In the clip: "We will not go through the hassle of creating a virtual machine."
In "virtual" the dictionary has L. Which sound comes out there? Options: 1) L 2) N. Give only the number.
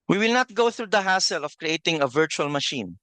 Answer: 1